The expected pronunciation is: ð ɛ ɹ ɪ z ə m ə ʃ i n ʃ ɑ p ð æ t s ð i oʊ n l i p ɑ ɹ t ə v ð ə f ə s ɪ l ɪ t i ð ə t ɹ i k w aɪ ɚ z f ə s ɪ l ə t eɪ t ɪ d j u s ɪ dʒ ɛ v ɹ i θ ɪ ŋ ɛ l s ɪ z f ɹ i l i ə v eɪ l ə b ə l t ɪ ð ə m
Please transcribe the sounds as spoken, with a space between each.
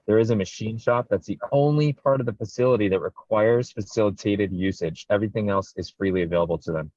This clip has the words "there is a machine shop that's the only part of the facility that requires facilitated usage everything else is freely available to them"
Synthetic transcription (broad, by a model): ð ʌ ɹ ɪ z ə m ə ʃ i n ʃ ɑ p ð æ t s ð i oʊ n l i p ɑ ɹ t ə v ð ə f ə s ɪ l ɪ t i ð ə t ɹ i k w aɪ ɚ z f ə s ɪ l ə t eɪ t ɪ d j u s ɪ dʒ ɛ v ɹ i θ ɪ ŋ ɛ l s ɪ z f ɹ i l i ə v eɪ l ə b l t ɪ ð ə m